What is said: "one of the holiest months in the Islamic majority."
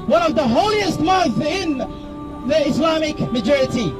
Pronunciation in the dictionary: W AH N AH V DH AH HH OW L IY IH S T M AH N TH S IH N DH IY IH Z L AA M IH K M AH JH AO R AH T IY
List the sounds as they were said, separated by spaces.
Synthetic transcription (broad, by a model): W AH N AH V DH AH HH OW L IY IH S T M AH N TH IH N DH IY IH S L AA M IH K M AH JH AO R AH T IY